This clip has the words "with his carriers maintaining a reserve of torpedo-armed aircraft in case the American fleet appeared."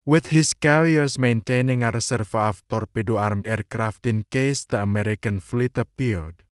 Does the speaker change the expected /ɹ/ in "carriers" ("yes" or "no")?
yes